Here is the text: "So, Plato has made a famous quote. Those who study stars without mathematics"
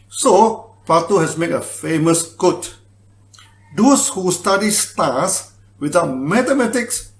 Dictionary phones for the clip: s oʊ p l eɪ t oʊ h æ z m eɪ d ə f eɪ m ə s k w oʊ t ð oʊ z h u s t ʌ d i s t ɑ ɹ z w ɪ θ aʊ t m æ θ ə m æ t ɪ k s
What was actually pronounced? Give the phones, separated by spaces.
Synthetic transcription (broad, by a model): s oʊ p ɑ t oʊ h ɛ s m eɪ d ə f eɪ m ə s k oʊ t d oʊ s h u s t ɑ d i s t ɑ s w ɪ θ aʊ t m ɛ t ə m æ t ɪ k s